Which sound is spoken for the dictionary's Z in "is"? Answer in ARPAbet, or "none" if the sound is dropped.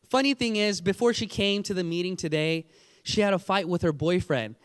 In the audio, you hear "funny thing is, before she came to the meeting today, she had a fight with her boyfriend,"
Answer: Z